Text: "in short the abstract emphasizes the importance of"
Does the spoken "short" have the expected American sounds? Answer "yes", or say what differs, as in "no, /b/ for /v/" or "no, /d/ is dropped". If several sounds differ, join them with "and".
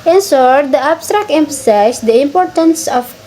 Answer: no, /s/ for /ʃ/